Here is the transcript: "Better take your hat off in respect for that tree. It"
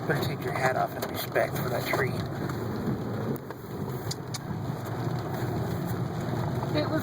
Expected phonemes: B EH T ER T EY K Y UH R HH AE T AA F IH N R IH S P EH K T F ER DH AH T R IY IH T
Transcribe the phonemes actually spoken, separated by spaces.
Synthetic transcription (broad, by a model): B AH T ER T EY K Y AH R HH AE T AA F IH N R IH S P EH K T F ER DH AH T R IY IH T